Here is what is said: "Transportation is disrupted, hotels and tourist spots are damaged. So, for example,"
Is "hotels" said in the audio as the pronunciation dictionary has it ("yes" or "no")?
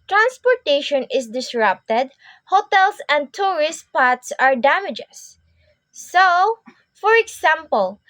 no